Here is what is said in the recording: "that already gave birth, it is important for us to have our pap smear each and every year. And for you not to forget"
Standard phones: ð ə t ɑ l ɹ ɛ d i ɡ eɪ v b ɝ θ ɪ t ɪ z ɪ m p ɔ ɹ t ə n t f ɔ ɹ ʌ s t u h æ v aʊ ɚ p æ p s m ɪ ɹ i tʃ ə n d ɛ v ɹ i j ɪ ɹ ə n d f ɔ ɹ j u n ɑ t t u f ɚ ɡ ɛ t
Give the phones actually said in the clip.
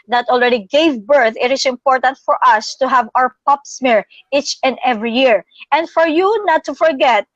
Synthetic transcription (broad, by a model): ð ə t ɑ l ɹ ɛ d i ɡ eɪ v b ɝ θ ɪ t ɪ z ɪ m p ɔ ɹ t ə n t f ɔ ɹ ʌ s t u h æ v aʊ ɚ p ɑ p s m ɪ ɹ i tʃ ə n d ɛ v ɹ i j ɪ ɹ ə n d f ɔ ɹ j u n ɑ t t u f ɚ ɡ ɛ t